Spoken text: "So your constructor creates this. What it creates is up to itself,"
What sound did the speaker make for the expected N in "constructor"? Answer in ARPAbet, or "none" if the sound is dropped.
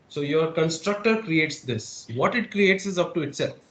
N